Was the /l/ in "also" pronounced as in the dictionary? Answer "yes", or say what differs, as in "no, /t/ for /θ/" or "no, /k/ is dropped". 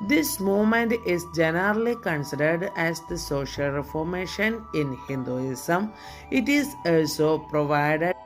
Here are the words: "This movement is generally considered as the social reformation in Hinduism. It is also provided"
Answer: yes